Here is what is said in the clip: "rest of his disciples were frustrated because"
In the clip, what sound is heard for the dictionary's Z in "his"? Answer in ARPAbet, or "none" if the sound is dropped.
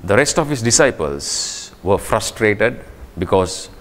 S